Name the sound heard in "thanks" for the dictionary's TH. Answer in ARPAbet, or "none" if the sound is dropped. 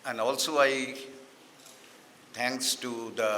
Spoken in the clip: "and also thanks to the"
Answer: T